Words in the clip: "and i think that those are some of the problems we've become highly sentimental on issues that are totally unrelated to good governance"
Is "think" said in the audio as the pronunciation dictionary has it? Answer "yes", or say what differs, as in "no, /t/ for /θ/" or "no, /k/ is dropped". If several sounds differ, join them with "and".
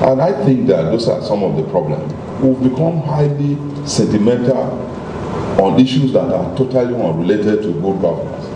yes